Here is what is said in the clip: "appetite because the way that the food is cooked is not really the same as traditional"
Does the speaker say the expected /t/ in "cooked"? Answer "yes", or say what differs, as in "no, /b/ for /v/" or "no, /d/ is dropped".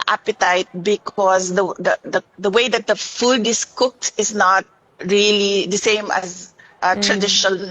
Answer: yes